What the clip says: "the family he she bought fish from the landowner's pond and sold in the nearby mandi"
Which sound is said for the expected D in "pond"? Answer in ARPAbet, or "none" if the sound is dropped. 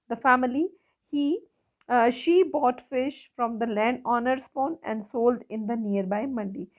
none